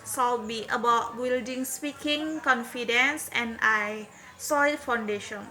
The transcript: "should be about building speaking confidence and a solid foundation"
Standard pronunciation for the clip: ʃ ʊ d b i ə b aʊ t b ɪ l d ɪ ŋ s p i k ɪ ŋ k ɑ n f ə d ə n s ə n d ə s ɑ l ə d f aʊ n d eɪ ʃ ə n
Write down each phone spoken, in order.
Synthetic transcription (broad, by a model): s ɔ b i ə b aʊ t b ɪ l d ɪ ŋ s p i k ɪ ŋ k ɑ n f ə d ə n s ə n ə s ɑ ə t f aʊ n d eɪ ʃ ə n